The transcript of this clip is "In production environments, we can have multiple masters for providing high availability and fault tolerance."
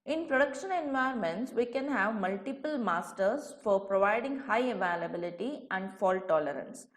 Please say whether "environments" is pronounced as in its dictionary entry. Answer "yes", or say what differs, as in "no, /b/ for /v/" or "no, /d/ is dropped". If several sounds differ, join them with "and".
no, /ɹ/ is dropped